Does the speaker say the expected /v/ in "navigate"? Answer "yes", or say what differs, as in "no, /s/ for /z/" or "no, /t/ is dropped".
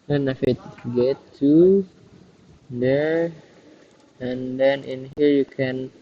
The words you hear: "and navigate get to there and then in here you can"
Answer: no, /f/ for /v/